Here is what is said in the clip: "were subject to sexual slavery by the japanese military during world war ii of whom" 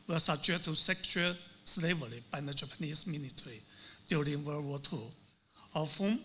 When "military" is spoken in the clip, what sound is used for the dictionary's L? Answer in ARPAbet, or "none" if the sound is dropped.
N